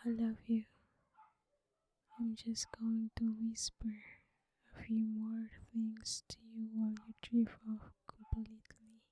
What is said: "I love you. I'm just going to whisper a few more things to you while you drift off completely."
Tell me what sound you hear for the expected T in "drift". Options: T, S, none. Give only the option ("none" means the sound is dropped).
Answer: none